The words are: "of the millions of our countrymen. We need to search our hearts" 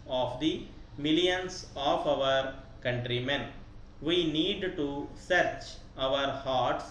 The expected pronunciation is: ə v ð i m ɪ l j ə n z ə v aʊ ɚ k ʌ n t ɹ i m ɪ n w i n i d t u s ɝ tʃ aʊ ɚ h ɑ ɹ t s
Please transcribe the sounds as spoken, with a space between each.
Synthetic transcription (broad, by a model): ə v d i m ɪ l j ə n s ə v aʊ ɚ k ʌ n t ɹ i m ɪ n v i n i d t u s ɝ tʃ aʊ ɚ h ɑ ɹ t s